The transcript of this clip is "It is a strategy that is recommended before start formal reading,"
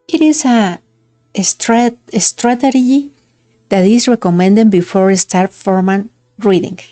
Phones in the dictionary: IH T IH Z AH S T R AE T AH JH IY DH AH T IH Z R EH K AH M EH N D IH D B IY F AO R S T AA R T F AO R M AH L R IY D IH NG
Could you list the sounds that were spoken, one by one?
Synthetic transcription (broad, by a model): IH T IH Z AH S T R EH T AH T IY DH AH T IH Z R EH K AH M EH N D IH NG B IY F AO R S T AA R T F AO R M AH N R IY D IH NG